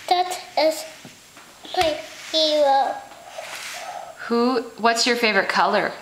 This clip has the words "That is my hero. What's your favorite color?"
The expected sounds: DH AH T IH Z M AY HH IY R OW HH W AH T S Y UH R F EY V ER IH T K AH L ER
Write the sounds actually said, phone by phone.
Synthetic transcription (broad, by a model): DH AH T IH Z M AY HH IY W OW HH W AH T S Y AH R F EY V ER IH T K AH L ER